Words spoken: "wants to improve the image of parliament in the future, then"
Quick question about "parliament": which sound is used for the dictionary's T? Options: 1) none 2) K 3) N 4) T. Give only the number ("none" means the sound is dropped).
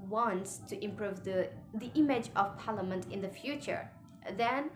4